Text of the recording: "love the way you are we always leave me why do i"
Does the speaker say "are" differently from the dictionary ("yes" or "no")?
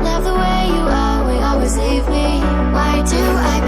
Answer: yes